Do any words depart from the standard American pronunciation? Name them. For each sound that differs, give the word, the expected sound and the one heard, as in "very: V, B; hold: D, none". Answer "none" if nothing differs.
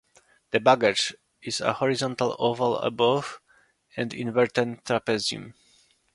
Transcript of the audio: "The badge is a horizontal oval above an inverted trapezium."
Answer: none